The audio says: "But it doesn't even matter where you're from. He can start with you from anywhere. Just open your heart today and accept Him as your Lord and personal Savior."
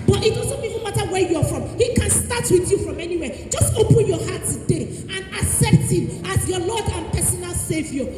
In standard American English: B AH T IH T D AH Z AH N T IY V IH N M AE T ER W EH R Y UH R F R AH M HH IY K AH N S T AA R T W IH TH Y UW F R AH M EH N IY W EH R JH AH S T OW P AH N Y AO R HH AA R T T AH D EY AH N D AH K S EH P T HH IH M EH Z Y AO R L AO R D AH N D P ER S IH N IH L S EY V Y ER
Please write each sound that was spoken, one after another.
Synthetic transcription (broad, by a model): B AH T IH T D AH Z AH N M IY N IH M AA T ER W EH Y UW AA F R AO M HH IY K AH N S T AA T W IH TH Y UW F R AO M EH N IY W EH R JH AH S T OW P AH N Y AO HH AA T T AH D EY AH N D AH S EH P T HH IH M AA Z Y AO L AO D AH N P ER S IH N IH L S EY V Y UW